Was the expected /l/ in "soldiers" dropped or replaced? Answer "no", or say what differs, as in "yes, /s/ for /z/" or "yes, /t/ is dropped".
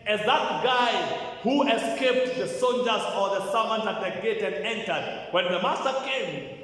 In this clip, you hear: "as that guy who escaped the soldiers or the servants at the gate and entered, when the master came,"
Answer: yes, /n/ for /l/